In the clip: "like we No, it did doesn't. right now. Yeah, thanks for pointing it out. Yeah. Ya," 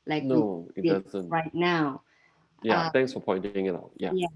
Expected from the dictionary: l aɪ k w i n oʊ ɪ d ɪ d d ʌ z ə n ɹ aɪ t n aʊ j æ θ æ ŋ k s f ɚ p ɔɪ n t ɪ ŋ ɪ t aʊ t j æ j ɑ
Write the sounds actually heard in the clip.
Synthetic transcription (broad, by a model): l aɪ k n oʊ ɪ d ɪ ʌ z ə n ɹ aɪ t n aʊ j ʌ t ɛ ŋ k s f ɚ p ɔɪ n t ɪ ŋ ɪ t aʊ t j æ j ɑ